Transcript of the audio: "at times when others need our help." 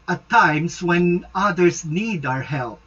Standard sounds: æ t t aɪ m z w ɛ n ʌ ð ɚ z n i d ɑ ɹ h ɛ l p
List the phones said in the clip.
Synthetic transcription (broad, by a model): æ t t aɪ m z w ɛ n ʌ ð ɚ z n i d ɑ ɹ h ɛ l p